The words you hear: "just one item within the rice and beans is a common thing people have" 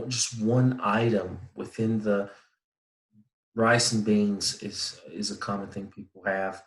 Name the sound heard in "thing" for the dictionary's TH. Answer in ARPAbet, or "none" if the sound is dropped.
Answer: TH